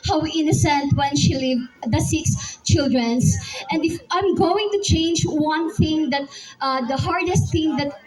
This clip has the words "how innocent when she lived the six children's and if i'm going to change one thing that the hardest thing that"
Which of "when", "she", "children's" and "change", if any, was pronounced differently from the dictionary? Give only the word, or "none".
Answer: children's